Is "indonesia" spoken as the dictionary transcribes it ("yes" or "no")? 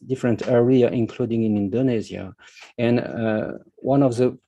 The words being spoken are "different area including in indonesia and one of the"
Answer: no